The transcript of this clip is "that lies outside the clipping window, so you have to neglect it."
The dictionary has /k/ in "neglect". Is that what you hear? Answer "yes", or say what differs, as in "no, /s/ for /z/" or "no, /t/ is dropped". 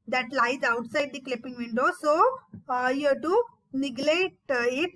no, /k/ is dropped